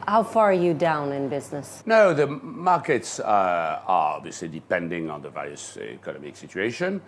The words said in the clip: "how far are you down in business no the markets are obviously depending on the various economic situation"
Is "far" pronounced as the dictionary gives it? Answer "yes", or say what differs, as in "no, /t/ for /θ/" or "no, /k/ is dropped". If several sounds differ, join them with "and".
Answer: yes